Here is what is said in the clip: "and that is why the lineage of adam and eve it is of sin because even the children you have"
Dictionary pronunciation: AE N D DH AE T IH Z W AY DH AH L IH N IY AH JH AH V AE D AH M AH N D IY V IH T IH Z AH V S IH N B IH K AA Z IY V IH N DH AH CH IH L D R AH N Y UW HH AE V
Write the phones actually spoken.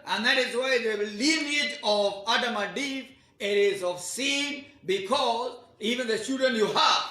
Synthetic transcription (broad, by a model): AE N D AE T IH Z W AY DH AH L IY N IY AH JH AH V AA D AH M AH D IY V IH T IH Z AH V S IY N B IH K AA Z IY V IH N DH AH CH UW D AH N Y UW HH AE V